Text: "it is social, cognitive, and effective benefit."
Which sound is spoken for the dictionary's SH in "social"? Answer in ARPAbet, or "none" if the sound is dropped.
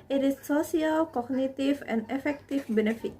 S